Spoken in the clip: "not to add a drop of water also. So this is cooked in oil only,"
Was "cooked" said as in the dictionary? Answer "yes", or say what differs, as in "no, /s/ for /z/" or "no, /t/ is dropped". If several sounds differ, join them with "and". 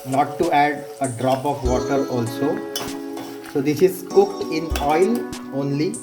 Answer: yes